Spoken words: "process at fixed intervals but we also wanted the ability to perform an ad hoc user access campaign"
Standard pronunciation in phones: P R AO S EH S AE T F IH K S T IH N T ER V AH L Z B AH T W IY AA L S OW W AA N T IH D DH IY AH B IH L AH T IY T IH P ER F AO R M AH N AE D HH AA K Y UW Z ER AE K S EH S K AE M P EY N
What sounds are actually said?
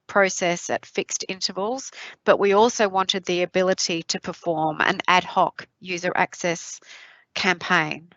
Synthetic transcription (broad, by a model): P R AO S EH S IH T F IH K S T IH N T ER V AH L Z B AH T W IY AA L S OW W AA N T IH D DH IY AH B IH L AH T IY T IH P ER F AO R M AH N AE D HH AA K Y UW Z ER AE K S EH S K AE M P EY N